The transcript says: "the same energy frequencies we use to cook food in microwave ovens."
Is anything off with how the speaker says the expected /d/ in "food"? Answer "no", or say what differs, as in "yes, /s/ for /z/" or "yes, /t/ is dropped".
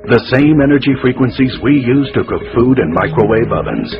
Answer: no